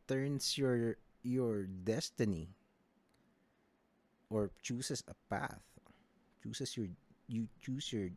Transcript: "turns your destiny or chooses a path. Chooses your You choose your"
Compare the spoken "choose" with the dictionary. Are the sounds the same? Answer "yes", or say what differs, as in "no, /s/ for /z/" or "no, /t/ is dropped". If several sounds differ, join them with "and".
no, /s/ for /z/